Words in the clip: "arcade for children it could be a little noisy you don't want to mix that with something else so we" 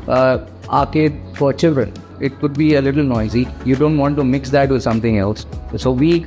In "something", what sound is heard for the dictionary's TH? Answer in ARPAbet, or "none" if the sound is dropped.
T